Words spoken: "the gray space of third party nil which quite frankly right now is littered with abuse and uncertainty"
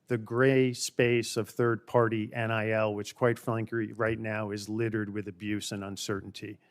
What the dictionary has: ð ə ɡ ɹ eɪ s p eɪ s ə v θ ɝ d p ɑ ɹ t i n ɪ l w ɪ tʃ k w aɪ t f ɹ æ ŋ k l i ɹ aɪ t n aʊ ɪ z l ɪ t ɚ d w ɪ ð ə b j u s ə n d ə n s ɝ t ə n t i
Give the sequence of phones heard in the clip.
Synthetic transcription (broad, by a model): ð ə ɡ ɹ eɪ s p eɪ s ə v θ ɝ d p ɑ ɹ t i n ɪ l w ɪ tʃ k w aɪ t f l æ ŋ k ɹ i ɹ aɪ t n aʊ ɪ z l ɪ t ɚ d w ɪ ð ə b j u s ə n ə n s ɝ t n t i